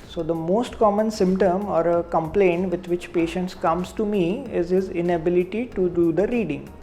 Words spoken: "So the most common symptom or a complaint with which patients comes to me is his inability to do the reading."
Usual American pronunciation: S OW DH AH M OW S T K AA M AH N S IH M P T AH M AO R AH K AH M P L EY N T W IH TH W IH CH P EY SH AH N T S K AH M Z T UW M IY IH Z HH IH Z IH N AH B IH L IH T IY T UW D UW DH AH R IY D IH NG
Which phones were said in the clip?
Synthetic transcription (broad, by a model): S OW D AH M OW S T K AA M AH N S IH M P T AH M AO R AH K AH M P L EY N T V IH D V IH CH P EY SH AH N T S K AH M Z T UW M IY IH Z HH IH Z IH N AH B IH L IH T IY T UW D UW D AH R IY D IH NG